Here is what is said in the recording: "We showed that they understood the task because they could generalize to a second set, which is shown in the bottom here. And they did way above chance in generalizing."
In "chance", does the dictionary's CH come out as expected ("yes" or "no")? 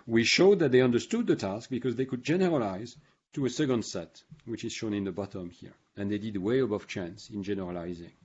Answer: yes